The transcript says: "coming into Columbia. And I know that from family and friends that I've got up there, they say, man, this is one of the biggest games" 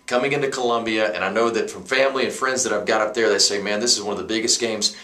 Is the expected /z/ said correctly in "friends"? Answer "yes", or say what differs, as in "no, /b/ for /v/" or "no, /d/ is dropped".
yes